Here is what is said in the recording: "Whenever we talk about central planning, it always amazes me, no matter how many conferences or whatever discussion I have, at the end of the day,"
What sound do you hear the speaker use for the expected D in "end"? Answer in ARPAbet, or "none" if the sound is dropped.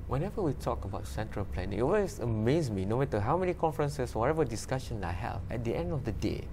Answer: D